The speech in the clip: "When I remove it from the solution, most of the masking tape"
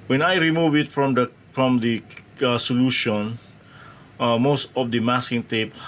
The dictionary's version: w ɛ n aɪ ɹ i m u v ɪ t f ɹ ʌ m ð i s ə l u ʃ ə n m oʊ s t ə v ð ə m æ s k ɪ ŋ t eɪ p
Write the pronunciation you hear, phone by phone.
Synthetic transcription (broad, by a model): w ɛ n aɪ ɹ i m u v ɪ t f ɹ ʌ m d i s ə l u ʃ ə n m oʊ s t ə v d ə m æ s ɪ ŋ t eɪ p